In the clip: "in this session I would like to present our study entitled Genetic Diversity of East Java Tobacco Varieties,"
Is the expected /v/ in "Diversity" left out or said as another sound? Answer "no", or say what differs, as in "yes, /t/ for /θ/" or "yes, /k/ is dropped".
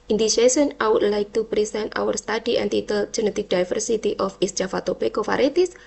yes, /f/ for /v/